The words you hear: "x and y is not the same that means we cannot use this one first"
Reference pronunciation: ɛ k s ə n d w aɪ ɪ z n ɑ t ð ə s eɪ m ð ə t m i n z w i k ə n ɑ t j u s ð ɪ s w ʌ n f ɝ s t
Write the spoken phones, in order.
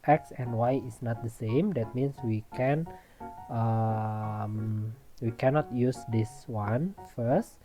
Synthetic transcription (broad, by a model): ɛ k s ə n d w aɪ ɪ s n ɑ t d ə s eɪ m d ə t m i n s w i k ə n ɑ t j u s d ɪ s w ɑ n f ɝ s t